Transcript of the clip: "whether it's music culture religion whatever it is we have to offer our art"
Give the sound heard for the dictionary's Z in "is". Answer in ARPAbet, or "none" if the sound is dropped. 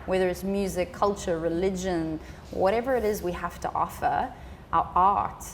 Z